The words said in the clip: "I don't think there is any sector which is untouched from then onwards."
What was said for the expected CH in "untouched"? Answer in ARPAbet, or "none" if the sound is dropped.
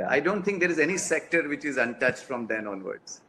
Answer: CH